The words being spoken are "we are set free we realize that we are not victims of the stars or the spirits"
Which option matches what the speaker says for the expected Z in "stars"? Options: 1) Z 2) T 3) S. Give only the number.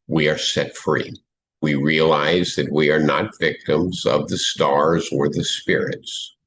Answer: 1